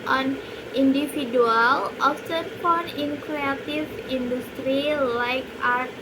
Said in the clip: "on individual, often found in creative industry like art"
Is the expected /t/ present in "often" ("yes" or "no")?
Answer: no